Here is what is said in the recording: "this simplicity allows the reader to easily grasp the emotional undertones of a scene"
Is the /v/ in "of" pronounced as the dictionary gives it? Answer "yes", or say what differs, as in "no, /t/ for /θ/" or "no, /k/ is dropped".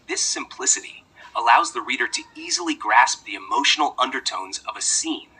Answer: yes